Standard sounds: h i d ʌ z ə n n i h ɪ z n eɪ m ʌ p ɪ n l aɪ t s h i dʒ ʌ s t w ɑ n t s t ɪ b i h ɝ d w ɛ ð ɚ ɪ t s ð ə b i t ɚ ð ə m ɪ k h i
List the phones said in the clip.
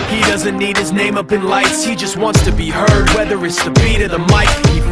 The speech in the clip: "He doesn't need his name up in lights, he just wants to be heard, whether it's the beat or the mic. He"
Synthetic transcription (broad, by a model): h i d ʌ z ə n n i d ɪ z n eɪ m ʌ p ɪ n l aɪ t s h i dʒ ʌ s t w ɑ n t s t ɪ b i h ɝ d w ɛ ð ɚ ɪ t s ð ə b i t ɚ ð ə m ɪ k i